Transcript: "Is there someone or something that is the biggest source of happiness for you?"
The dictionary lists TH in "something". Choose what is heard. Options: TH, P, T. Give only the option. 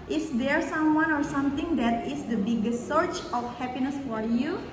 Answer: T